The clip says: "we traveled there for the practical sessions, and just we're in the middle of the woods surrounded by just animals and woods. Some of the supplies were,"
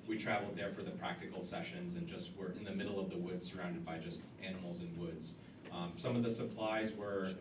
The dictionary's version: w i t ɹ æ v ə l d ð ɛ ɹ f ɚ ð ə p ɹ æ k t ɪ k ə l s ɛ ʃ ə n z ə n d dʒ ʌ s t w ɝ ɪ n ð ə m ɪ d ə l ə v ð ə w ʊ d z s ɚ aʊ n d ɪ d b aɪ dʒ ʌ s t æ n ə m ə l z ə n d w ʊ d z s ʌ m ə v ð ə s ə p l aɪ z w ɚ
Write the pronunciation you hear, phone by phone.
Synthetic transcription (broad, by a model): w i t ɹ æ v l d ð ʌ ɹ f ɚ ð ə p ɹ æ k t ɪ k l s ɛ ʃ ə n z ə n dʒ ʌ s t w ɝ ɪ n ð ə m ɪ d l ə v ð ə w ʊ d z s ɚ aʊ n d ɪ d b aɪ dʒ ʌ s t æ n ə m l z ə n w ʊ d z s ʌ m ə v ð ə s ə p l aɪ z w ɚ